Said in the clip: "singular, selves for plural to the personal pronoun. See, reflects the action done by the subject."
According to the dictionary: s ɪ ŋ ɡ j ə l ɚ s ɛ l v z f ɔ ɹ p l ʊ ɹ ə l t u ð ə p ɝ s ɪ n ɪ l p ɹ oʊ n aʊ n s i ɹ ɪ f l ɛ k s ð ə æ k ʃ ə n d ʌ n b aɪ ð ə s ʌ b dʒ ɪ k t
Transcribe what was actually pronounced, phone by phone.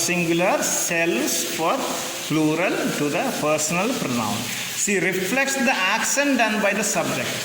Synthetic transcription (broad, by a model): s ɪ ŋ ɡ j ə l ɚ s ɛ l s f ɔ ɹ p l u ɹ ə l t u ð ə p ɝ s ɪ n ɪ l p ɹ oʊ n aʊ n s i ɹ ɪ f l ɛ k s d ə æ k s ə n d ʌ n b aɪ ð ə s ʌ b dʒ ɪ k t